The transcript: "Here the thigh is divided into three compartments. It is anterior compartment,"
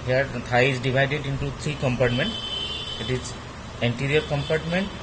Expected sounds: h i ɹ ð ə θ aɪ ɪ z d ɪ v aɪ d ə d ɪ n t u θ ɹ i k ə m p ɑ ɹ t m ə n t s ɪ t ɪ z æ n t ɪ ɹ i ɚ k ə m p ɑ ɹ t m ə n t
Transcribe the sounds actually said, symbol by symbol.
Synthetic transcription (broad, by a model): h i ɹ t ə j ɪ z d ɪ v aɪ d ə d ɪ n t u t ɹ i k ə m p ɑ ɹ t m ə n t ɪ t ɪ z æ n t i ɹ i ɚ k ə m p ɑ ɹ t m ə n t